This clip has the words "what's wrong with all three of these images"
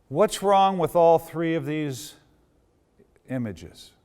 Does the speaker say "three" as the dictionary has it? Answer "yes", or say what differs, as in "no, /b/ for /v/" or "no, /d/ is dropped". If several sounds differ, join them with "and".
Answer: yes